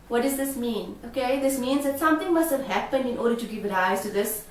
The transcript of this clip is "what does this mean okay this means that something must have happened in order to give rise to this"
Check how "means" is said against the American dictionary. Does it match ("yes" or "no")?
yes